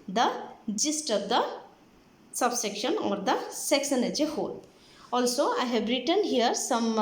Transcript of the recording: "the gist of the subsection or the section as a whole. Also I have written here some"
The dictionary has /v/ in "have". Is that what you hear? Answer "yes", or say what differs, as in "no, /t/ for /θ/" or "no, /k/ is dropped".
no, /b/ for /v/